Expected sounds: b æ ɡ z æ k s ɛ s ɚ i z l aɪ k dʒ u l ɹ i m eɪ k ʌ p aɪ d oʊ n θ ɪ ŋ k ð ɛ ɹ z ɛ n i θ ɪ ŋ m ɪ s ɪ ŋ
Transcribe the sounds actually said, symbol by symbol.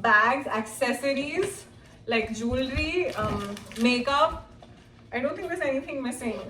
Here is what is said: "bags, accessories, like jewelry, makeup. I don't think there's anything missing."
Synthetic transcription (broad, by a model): b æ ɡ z æ k s ɛ s ɚ i z l aɪ k dʒ u l ɹ i m eɪ k ʌ p aɪ d oʊ n t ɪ ŋ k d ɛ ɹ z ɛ n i t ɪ ŋ m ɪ s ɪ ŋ